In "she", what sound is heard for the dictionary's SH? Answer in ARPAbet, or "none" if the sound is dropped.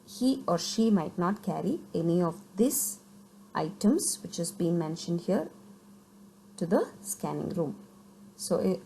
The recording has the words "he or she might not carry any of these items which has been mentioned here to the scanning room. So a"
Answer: SH